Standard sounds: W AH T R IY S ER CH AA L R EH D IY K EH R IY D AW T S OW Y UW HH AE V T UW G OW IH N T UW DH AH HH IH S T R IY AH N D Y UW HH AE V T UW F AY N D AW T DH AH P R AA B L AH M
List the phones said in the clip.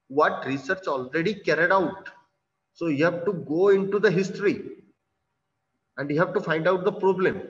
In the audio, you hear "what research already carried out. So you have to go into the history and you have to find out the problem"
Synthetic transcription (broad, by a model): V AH T R IY S ER CH AA L R EH D IY K EH R IY D AW T S OW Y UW HH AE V T UW G OW IH N T UW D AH HH IH S T R IY AH N D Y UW HH AE V T UW F AY N D AW T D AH P R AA B L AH M